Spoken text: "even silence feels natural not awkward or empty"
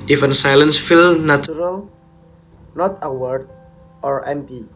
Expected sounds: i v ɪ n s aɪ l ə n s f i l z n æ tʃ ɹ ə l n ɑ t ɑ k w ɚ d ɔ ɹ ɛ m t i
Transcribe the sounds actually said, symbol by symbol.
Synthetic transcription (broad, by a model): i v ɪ n s aɪ l ə n s f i l n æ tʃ ɹ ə l n ɑ t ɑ w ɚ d ɔ ɹ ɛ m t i